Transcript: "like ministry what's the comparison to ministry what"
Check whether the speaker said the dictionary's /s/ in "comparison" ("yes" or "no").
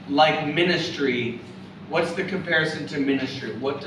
yes